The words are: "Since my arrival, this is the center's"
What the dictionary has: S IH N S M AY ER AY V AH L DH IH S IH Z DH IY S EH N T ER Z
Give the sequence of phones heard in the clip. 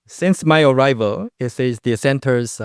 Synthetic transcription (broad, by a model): S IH N S M AY ER AY V AH L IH S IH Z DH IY S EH N T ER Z